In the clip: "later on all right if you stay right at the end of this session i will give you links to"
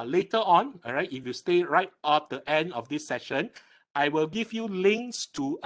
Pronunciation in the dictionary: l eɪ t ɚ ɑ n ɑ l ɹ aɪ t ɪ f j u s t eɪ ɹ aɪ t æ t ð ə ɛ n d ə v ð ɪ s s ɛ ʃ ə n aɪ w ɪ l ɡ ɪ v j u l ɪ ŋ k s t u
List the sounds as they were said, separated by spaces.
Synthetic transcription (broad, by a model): l eɪ t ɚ ɑ n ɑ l ɹ aɪ t ɪ f j u s t eɪ ɹ aɪ t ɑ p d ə ɛ n d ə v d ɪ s s ɛ ʃ ə n aɪ w ɪ l ɡ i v j u l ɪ ŋ k s t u